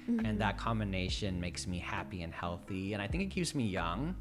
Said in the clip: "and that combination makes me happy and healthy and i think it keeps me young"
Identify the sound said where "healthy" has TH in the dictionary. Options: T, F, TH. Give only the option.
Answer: TH